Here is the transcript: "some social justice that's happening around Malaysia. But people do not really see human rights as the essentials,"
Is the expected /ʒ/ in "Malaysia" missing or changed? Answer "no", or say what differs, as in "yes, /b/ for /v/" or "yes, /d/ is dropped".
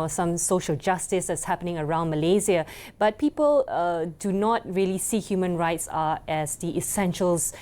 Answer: yes, /z/ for /ʒ/